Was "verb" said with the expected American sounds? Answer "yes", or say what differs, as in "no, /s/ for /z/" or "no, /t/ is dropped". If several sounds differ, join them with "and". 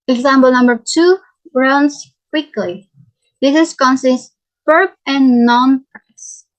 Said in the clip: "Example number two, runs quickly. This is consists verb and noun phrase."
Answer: no, /p/ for /v/